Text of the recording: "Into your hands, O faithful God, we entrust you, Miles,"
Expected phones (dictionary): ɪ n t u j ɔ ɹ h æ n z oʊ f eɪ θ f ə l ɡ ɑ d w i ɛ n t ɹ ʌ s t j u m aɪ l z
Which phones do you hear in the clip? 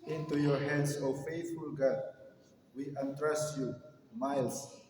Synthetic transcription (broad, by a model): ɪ n t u j ɔ ɹ h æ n s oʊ f eɪ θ f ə l ɡ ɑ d w i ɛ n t ɹ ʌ s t j u m aɪ l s